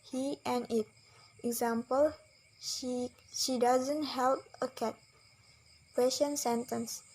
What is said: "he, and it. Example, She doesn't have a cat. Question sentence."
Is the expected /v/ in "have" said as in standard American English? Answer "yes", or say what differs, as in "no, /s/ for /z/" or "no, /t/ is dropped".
no, /p/ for /v/